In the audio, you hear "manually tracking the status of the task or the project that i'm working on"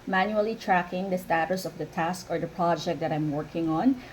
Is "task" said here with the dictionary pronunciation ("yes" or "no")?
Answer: yes